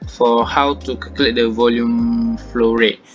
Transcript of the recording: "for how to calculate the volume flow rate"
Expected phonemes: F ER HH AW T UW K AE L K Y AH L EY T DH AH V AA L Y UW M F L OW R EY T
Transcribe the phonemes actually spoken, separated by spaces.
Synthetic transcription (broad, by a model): F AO HH AW T UW K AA K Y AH L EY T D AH V AA L Y UW M F L OW R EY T